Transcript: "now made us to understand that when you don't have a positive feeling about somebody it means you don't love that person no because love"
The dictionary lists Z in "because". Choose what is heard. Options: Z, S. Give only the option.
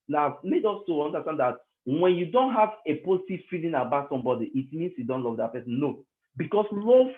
S